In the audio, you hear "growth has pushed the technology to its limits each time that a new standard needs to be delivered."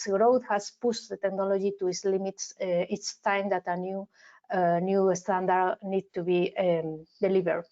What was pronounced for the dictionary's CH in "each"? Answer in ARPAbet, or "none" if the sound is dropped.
S